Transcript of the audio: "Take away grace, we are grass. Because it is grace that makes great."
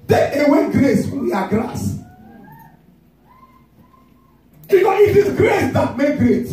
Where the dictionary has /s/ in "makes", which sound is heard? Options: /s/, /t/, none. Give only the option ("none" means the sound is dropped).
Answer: none